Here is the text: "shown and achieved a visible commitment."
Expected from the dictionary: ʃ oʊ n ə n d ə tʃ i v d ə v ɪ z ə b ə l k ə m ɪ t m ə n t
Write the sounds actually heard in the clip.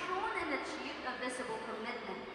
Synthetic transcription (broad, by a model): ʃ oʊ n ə n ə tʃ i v ə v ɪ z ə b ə l k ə m ɪ t m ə n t